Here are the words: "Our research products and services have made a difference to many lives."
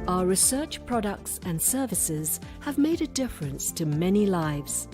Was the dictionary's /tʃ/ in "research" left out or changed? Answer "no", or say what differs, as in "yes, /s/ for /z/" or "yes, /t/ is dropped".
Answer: no